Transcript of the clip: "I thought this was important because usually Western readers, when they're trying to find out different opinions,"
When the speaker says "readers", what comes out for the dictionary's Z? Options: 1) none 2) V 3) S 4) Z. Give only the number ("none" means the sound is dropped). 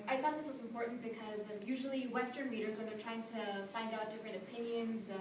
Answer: 4